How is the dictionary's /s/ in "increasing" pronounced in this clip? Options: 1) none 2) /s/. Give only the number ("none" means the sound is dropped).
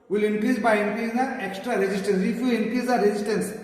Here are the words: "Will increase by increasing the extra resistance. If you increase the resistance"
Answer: 1